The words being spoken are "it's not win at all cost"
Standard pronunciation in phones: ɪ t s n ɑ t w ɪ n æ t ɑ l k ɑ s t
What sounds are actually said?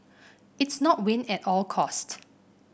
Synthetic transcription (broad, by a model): ɪ t s n ɑ t w ɪ n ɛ t ɑ l k ɑ s t